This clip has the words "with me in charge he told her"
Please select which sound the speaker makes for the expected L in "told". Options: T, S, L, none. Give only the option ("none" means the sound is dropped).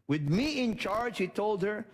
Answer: L